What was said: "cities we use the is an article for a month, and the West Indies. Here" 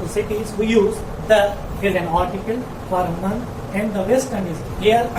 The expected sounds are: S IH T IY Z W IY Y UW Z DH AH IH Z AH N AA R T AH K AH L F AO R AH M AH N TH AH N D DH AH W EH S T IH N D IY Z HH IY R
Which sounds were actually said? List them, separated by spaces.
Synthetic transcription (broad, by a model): S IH T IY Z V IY Y UW Z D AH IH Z AH N AA R T AH K AH L F AO R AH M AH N T AH N D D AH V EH S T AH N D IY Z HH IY R